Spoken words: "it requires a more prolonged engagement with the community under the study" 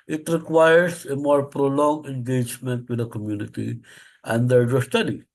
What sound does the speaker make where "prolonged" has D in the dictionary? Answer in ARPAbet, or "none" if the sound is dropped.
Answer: none